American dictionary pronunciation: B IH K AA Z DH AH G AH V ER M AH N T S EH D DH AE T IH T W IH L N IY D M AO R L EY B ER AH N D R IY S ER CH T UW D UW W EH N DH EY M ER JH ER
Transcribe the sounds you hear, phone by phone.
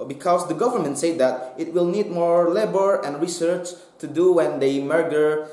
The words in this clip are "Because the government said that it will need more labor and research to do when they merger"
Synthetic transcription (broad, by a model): B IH K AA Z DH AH G AH V ER M AH N T S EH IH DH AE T IH T W IH L N IY D M AO R L EY B ER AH N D R IY S ER CH T UW D UW W EH N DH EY M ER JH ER